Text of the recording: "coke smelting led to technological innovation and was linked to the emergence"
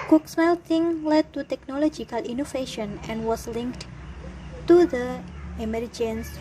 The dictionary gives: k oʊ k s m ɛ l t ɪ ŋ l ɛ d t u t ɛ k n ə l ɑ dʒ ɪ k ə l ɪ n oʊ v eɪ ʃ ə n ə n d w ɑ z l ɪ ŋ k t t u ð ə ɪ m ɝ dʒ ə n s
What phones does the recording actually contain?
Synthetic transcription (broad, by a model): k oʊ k s m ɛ l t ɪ ŋ l ɛ d t u t ɛ k n ə l ɑ dʒ ɪ k ə l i n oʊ f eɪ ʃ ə n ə n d w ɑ s l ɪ ŋ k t t u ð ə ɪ m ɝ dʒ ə n s